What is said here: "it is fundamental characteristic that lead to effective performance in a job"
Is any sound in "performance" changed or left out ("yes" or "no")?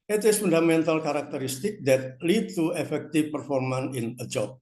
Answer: yes